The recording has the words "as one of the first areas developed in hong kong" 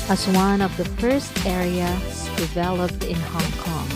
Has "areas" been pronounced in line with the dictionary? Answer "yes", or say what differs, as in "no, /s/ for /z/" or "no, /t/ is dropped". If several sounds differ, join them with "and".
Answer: no, /z/ is dropped